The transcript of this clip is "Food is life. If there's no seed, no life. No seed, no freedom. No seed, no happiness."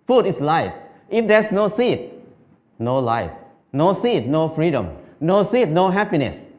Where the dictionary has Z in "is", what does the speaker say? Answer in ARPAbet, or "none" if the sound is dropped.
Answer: S